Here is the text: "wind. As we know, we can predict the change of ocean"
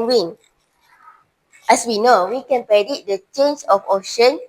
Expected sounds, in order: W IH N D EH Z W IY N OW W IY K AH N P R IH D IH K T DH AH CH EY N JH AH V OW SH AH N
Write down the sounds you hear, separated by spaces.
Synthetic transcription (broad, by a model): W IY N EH S W IY N OW W IY K AH N P R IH D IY T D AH CH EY N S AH F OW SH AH N